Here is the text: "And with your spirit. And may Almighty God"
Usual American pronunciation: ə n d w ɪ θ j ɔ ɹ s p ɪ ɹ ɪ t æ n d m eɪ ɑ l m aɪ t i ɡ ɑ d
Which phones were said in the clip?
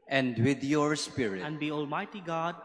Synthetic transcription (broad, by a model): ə n d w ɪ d j ɔ ɹ s p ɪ ɹ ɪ æ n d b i ɑ l m aɪ t i ɡ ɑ d